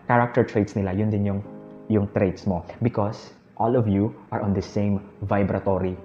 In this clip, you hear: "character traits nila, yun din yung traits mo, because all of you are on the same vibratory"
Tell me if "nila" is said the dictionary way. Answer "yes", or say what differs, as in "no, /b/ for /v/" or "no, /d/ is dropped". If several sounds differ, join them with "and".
yes